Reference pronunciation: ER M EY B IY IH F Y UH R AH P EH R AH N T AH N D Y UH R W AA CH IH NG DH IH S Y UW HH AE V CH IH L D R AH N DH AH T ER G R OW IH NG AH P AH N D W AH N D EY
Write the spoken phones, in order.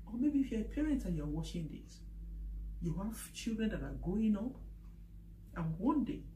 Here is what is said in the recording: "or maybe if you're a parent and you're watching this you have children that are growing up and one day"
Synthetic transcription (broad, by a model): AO M EY B IY IH F Y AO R AH P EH R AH N T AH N Y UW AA W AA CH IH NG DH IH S Y UW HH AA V CH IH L D R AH N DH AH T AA G OW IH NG AH P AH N W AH N D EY